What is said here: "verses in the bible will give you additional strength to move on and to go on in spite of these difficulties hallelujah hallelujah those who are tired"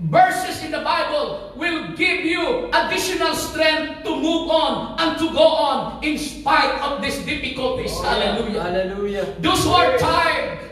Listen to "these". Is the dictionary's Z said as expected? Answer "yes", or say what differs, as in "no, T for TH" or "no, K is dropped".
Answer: no, S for Z